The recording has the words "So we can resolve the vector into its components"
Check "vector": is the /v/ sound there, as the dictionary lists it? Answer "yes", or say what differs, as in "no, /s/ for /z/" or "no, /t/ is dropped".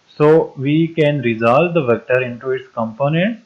yes